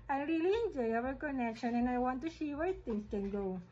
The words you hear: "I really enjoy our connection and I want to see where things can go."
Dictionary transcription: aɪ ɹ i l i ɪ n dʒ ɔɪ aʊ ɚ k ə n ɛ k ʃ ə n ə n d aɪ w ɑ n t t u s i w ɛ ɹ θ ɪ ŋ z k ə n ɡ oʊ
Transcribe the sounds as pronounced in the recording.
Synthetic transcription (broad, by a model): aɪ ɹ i l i ɪ n dʒ ɔɪ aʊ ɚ k ə n ɛ k ʃ ə n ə n aɪ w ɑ n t t u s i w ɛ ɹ t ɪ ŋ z k ə n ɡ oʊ